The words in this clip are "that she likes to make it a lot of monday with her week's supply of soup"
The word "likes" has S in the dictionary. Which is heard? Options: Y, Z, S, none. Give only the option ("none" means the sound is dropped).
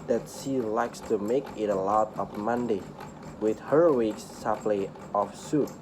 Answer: S